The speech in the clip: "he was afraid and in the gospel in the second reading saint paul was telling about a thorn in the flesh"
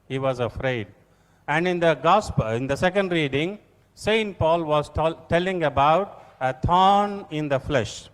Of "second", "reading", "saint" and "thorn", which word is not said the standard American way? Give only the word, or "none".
thorn